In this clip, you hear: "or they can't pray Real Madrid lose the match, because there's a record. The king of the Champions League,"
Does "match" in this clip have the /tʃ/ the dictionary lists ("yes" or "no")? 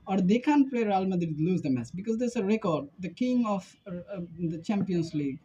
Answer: no